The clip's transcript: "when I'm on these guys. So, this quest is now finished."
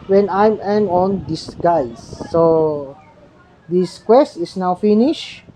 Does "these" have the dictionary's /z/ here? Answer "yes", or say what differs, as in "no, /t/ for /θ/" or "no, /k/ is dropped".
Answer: no, /s/ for /z/